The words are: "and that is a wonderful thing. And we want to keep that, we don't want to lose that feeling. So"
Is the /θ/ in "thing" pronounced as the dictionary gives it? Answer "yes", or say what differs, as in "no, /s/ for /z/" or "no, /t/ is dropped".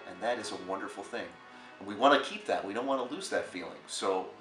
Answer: yes